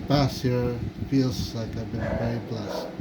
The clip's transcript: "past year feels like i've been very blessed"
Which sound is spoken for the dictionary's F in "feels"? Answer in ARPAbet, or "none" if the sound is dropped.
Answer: F